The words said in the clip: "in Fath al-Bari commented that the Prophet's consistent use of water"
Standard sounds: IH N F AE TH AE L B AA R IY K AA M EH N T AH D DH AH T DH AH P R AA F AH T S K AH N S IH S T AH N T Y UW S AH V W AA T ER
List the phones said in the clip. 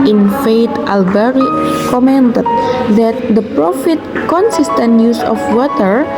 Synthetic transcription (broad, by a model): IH N F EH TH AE L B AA R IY K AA M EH N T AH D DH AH T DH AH P R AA F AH T K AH N S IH S T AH N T Y UW S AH F W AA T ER